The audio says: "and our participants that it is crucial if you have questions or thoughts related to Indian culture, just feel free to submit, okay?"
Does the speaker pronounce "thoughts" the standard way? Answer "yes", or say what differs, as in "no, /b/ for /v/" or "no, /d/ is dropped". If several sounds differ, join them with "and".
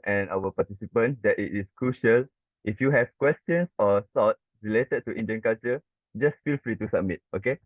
no, /s/ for /θ/